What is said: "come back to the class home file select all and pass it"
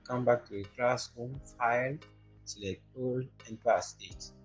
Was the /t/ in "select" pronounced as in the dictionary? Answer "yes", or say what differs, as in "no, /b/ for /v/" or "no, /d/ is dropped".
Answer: no, /t/ is dropped